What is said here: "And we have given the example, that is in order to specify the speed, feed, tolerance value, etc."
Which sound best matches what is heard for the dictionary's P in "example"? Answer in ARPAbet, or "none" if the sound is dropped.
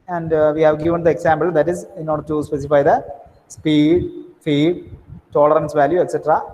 B